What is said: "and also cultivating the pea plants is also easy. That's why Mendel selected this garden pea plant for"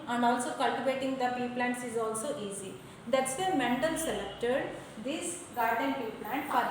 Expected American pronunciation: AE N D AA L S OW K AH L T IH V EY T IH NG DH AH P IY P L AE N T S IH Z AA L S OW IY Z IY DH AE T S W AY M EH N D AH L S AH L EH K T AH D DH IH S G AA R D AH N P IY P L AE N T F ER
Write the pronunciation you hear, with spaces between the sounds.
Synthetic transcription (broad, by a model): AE N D AA L S OW K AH L T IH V EY T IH NG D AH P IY P L AE N T S IH Z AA L S OW IY Z IY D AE T S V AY M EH N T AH L S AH L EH K T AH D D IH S G AA R D AH N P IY P L AE N T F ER